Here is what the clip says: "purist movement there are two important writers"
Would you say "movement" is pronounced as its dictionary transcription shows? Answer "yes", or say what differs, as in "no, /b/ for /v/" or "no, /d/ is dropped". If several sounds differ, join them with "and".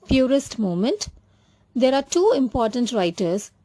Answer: no, /v/ is dropped